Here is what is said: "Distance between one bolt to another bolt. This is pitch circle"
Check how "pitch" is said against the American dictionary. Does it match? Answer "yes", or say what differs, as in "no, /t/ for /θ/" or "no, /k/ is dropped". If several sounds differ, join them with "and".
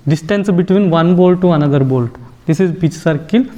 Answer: no, /b/ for /p/